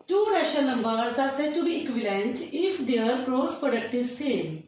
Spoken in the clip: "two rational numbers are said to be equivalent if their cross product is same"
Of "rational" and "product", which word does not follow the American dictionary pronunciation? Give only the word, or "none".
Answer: rational